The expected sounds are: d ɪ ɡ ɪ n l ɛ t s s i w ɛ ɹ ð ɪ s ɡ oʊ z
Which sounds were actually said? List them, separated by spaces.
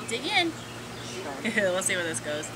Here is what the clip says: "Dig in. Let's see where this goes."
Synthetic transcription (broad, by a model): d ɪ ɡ ɪ n w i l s s i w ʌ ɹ ð ɪ s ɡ oʊ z